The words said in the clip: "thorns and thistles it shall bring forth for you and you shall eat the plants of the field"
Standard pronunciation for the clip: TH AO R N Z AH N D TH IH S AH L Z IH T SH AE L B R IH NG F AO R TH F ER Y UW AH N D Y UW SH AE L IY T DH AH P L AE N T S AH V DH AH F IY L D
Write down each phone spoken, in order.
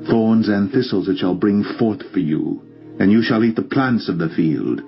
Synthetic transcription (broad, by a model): TH AO R N Z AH N TH IH S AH L Z IH T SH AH L B R IH NG F AO R TH F ER Y UW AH N Y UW SH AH L IY T DH AH P L AE N T S AH V DH AH F IY L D